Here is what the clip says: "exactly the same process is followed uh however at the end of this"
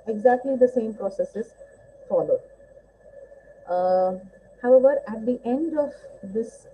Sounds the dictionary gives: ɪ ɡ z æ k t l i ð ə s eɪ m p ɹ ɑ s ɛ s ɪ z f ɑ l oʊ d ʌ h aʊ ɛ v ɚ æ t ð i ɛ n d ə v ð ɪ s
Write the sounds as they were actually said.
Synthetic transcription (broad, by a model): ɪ ɡ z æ k t l i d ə s eɪ m p ɹ ɑ s ɛ s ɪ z f ɑ l oʊ d h aʊ ɛ v ɚ æ t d i ɛ n d ə v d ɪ s